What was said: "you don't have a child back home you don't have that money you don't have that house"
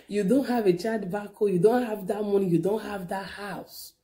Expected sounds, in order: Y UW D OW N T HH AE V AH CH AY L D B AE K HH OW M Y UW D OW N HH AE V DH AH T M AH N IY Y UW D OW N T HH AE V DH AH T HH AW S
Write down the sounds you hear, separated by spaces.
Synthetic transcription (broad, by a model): Y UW D OW N T HH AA V AH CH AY D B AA K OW Y UW D OW N HH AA V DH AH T M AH N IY Y UW D OW N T HH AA V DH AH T HH AW S